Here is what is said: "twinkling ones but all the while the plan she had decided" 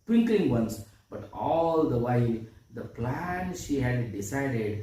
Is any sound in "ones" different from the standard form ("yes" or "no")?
yes